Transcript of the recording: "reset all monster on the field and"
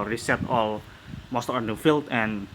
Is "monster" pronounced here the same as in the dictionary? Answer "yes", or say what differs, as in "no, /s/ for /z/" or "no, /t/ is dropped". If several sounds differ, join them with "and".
no, /n/ is dropped